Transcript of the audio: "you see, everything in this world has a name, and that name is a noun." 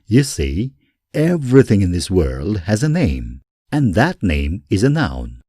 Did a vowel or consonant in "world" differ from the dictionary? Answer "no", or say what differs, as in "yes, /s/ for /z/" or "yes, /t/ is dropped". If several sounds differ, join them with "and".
no